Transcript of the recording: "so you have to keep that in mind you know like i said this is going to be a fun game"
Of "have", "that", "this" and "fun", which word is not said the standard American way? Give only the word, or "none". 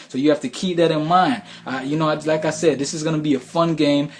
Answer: have